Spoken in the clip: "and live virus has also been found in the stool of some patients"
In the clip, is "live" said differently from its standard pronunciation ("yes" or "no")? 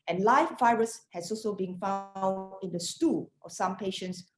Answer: yes